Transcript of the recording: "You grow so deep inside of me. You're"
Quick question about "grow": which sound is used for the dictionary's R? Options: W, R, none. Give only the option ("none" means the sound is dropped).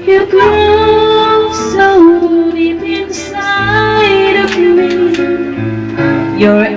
none